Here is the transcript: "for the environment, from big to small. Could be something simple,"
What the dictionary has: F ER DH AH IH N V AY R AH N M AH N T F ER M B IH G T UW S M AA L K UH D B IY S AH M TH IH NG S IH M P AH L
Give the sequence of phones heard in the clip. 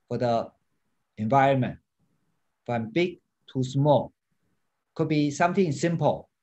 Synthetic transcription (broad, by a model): F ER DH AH IH N V AY R AH N M AH N T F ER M B IH G T UW S M AA L K UH D B IY S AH M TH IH NG S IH M P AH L